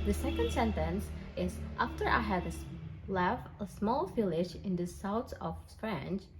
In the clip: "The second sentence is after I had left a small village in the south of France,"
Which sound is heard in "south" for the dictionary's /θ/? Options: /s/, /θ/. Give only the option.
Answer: /s/